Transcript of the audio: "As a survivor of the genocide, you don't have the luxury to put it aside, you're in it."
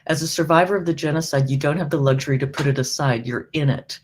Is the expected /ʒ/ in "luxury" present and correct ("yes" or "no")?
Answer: yes